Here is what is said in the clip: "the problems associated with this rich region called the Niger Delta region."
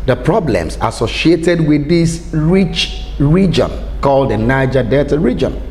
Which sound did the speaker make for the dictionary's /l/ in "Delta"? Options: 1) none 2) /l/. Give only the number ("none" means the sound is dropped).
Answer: 1